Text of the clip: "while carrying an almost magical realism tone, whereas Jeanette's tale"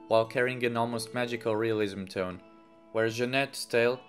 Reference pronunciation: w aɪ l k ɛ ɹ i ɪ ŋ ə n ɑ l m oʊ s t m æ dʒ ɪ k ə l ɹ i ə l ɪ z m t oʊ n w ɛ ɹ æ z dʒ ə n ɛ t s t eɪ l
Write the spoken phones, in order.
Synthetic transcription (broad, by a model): w aɪ l k ɛ ɹ i ɪ ŋ ə n ɑ l m oʊ s t m æ dʒ ɪ k ə l ɹ i ə l ɪ z m t oʊ n w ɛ ɹ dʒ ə n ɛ t s t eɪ l